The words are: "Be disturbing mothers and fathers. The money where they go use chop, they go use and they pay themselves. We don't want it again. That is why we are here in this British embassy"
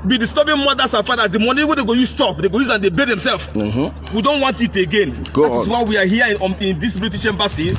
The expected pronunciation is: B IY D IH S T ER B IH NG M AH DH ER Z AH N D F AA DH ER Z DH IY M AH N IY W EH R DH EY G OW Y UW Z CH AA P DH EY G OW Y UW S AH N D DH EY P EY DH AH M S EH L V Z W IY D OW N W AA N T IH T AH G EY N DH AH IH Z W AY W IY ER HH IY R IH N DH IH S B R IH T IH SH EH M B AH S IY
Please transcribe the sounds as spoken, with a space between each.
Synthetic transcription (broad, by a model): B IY D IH S T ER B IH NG M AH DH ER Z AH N F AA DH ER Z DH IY M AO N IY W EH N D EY G OW Y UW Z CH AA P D EY G OW Y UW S AH N D EY B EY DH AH M S EH L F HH W IY D OW N W AA N T IH T AH G EY N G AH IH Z W AY W IY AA HH IY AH IH N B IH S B L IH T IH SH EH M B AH S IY